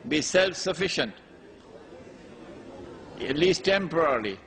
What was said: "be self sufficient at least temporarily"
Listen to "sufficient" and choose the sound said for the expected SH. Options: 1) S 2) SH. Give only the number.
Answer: 2